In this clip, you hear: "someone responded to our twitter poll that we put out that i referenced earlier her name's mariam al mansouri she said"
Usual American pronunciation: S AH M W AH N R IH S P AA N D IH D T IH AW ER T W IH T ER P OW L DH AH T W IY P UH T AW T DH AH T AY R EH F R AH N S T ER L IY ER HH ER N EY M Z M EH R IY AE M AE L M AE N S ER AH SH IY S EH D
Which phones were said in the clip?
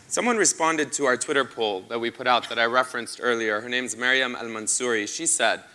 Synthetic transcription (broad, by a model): S AH M W AH N R IH S P AA N D IH D T IH AW ER T W IH T ER P OW L DH AH T W IY P UH T AW T DH AH T AY R EH F R AH N S T ER L IY ER HH ER N EY M Z M EH R IY AE M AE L M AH N S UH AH SH IY S EH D